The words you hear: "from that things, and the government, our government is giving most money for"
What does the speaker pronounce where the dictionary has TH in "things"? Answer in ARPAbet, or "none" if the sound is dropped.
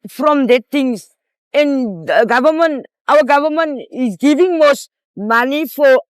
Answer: T